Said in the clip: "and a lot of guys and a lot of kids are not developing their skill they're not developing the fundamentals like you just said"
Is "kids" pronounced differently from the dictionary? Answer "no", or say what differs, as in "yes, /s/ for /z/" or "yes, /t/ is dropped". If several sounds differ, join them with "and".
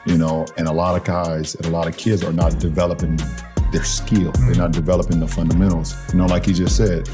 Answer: no